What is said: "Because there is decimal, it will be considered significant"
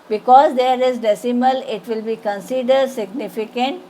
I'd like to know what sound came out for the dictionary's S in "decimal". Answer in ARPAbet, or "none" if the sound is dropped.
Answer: S